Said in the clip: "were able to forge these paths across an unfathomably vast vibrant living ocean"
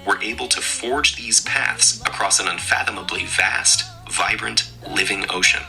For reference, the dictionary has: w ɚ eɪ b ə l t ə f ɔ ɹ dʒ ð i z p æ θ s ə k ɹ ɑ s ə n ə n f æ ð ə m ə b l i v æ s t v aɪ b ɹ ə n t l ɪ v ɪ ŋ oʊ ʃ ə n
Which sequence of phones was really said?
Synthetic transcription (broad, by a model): w ɚ eɪ b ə l t ə f ɔ ɹ dʒ ð i z p æ θ s ə k ɹ ɑ s ə n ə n f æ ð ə m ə b l i v æ s t v aɪ b ɹ ə n t l ɪ v ɪ ŋ oʊ ʃ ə n